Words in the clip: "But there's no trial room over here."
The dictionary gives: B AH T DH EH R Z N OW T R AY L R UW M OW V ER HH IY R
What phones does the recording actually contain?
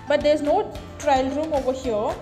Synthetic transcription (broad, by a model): B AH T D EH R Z N OW T R AY L R UW M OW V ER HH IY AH